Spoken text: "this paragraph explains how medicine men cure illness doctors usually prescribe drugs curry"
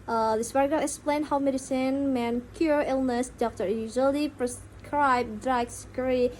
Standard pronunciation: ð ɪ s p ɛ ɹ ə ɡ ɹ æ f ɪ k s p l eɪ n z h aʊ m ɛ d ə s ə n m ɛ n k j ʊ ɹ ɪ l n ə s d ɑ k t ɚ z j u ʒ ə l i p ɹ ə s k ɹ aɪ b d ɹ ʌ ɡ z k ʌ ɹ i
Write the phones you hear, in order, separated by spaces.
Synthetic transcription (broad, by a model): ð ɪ s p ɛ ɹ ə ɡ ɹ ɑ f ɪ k s p l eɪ n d h aʊ m ɛ d ə s ə n m ɛ n k j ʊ ɹ ɪ l n ə s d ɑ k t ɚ j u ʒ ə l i p ɹ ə s k ɹ aɪ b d ɹ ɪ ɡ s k ɹ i